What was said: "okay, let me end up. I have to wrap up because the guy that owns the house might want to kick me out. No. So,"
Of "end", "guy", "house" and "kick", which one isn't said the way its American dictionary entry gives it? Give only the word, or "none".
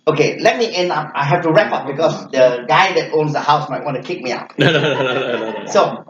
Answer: end